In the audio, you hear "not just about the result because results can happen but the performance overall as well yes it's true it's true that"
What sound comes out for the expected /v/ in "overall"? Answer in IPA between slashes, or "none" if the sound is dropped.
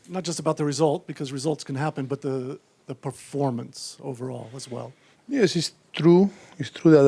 /v/